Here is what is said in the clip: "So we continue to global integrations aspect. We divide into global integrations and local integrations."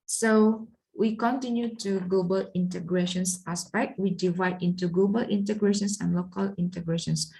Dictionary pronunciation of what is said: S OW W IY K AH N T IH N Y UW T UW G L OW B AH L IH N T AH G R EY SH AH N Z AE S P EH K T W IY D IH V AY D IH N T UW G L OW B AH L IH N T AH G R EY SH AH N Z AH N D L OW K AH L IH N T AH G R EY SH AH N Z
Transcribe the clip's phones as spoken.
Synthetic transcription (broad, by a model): S OW W IY K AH N T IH N Y UW T UW G L OW B AH L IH N T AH G R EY SH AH N S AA S P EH K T W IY D IH V AY D IH N T UW G L OW B AH L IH N T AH G R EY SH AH N S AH N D L OW K AH L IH N T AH G R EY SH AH N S